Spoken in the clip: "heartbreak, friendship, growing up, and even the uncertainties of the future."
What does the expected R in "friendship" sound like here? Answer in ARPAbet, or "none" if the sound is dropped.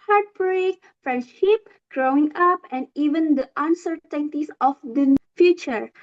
R